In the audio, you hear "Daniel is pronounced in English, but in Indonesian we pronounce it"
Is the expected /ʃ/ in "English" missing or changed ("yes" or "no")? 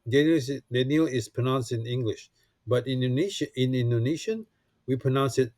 no